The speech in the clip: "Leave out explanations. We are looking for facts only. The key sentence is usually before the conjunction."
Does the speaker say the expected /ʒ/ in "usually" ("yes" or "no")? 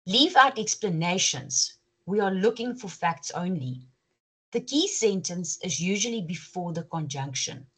yes